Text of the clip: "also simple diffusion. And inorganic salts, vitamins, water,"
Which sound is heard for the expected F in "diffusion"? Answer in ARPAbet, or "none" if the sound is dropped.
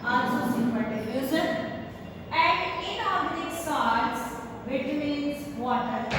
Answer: none